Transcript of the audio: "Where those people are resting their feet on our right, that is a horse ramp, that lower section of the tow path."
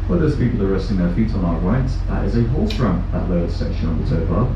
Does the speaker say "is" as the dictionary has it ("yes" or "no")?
yes